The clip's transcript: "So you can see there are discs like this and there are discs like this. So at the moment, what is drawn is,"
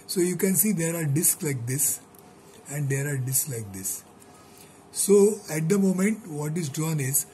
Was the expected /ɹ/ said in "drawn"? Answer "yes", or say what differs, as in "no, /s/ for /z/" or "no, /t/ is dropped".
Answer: no, /ɹ/ is dropped